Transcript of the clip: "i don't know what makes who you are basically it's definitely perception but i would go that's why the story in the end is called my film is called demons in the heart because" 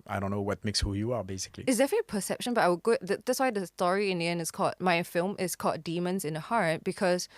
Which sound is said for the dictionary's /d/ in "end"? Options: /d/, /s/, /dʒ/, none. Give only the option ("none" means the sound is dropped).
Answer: none